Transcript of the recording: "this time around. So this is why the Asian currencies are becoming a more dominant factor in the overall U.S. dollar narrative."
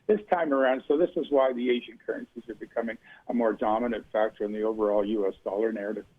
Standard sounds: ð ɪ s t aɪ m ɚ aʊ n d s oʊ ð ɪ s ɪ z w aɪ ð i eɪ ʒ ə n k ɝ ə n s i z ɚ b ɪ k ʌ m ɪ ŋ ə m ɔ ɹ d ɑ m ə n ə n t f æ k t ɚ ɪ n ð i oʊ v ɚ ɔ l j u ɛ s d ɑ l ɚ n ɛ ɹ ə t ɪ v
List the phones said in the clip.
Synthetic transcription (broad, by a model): ð ɪ s t aɪ m ɚ aʊ n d s oʊ ð ɪ s ɪ z w aɪ ð i eɪ ʒ ə n k ɝ ə n s i z ɚ b ɪ k ʌ m ɪ ŋ ə m ɔ ɹ d ɑ m ə n ə n t f æ k t ɚ ɪ n ð i oʊ v ɚ ɔ l j u ɛ s d ɑ l ɚ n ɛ ɹ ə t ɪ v